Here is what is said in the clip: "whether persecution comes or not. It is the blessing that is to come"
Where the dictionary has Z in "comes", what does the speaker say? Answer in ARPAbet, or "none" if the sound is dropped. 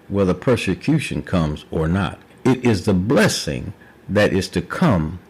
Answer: Z